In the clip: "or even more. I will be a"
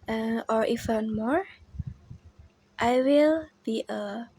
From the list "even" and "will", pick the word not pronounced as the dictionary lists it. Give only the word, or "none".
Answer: even